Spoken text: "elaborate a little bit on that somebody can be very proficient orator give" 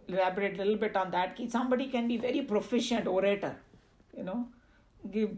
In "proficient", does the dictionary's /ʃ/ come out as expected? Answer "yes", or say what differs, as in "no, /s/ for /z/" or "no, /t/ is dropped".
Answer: yes